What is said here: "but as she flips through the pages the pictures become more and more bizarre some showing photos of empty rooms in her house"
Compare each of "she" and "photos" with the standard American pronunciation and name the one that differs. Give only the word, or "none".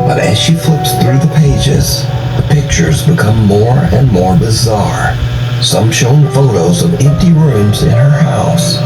none